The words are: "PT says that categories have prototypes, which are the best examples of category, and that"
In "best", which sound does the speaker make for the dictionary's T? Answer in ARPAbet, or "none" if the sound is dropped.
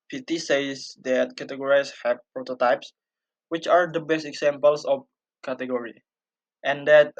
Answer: T